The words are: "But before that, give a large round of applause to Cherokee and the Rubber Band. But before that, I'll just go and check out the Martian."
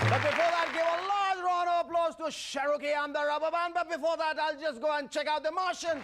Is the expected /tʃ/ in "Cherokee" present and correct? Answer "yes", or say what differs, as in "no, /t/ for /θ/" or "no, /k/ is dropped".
no, /ʃ/ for /tʃ/